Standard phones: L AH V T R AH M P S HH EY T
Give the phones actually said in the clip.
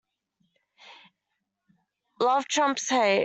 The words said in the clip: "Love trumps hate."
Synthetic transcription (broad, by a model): L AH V T R AH M P S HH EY